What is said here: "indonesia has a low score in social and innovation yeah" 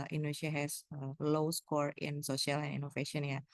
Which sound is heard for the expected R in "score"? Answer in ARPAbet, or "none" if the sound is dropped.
R